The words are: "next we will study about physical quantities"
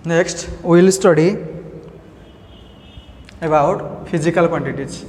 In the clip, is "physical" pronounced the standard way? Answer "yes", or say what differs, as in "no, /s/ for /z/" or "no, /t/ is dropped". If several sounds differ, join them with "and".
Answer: no, /p/ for /f/